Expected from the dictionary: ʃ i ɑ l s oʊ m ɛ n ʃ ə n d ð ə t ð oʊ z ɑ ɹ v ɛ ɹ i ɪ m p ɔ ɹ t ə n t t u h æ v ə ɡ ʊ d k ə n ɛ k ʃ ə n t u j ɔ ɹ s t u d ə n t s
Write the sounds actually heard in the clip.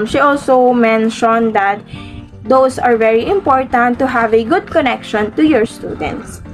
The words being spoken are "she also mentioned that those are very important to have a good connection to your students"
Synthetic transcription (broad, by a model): ʃ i ɑ l s oʊ m ɛ n ʃ ə n d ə t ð oʊ s ɑ ɹ v ɛ ɹ i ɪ m p ɔ ɹ t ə n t t u h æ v ə ɡ ʊ d k ə n ɛ k ʃ ə n t u j ɔ ɹ s t u d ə n t s